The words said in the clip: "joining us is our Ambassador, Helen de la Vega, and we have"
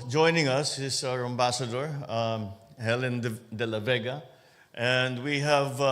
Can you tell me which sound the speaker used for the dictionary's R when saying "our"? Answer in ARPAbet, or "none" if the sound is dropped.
R